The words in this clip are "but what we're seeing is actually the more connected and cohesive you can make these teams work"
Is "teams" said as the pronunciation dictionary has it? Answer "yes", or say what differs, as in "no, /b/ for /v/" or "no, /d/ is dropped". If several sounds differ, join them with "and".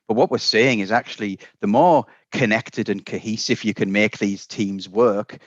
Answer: yes